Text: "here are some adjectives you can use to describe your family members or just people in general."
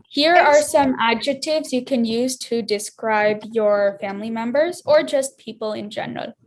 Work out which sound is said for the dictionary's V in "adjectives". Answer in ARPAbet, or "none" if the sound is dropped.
V